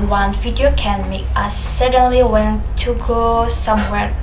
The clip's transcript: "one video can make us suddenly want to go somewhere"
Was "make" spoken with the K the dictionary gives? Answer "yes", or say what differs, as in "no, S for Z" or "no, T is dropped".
no, K is dropped